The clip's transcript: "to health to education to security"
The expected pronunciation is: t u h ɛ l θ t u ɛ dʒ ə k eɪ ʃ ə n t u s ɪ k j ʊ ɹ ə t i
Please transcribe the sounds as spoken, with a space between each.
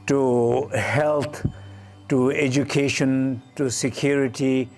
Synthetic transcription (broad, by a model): t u h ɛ l t t u ɛ dʒ ə k eɪ ʃ ə n t u s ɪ k j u ɹ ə t i